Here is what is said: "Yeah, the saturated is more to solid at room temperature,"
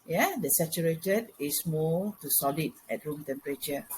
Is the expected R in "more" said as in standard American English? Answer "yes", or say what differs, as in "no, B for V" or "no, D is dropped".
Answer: no, L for R